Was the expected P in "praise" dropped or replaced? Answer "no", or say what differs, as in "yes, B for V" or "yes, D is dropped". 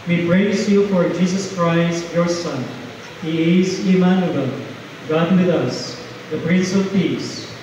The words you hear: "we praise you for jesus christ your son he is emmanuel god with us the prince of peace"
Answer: yes, B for P